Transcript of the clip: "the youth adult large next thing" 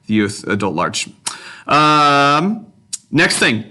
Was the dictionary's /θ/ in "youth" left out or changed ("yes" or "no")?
no